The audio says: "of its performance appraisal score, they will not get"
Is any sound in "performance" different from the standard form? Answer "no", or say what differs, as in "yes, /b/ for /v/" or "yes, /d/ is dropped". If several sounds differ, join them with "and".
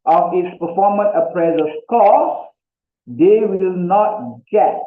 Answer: yes, /s/ is dropped